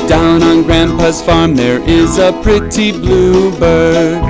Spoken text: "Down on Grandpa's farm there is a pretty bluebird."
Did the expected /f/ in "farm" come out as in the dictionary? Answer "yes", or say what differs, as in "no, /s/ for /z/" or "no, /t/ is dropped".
yes